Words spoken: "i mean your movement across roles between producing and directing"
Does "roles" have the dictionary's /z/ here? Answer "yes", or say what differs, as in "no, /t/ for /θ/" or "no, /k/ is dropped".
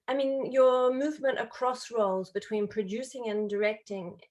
yes